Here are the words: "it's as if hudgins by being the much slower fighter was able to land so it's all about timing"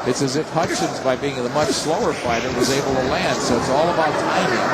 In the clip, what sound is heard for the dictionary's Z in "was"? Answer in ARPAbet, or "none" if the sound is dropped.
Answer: Z